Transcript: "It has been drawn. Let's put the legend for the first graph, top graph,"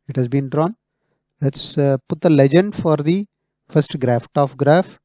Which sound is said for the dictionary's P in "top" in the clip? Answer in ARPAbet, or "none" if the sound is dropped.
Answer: F